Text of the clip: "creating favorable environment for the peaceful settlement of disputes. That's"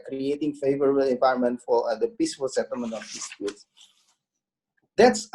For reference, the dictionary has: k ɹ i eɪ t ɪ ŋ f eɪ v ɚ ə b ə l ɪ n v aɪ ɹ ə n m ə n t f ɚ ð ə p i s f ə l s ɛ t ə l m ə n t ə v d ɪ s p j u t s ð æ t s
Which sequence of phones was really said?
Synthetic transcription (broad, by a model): k ɹ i eɪ t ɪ ŋ f eɪ v ɚ ə b ə l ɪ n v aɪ ə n m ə n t f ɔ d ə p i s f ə l s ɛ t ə l m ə n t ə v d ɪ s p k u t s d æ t s